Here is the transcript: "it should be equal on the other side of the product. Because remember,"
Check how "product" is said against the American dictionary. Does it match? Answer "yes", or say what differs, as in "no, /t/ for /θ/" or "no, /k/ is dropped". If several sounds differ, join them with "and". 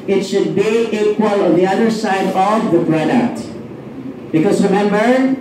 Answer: no, /b/ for /p/